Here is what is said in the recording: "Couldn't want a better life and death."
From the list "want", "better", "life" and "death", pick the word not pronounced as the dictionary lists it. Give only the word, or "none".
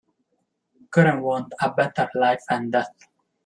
death